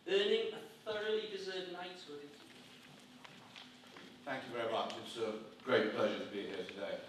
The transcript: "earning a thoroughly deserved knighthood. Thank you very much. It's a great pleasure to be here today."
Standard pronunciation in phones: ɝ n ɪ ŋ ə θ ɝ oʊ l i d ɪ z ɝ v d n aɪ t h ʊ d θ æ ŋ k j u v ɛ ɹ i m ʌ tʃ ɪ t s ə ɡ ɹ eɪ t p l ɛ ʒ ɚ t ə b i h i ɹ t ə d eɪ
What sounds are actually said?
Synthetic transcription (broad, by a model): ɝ n ɪ ŋ ə θ ɝ oʊ l i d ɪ z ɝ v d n aɪ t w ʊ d θ æ ŋ k j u v ɛ ɹ i m ʌ tʃ ɪ t s ə ɡ ɹ eɪ t p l ɛ ʒ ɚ t ə b i h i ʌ t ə d eɪ